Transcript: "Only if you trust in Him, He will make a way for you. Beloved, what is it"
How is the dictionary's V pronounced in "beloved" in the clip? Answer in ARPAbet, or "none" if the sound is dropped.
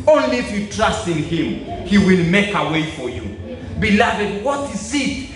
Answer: V